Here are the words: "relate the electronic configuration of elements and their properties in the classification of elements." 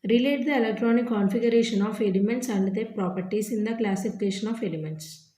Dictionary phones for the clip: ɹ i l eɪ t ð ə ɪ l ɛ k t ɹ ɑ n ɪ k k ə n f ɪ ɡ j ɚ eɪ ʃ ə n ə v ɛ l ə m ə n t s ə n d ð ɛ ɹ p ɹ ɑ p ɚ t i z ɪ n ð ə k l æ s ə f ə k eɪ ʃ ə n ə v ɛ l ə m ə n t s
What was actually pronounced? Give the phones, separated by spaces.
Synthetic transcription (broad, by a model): ɹ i l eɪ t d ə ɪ l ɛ k t ɹ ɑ n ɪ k k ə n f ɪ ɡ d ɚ eɪ ʃ ə n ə f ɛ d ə m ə n t s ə n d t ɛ p ɹ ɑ p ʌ t i s ɪ n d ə k l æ s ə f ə k eɪ ʃ ə n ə f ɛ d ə m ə n t s